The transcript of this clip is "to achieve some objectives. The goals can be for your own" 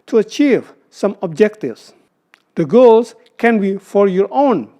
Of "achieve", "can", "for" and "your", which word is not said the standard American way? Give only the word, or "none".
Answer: none